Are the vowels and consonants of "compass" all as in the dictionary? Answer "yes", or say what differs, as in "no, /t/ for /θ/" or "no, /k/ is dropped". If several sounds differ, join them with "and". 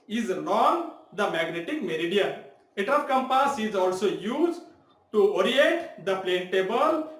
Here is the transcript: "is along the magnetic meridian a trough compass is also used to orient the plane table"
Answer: yes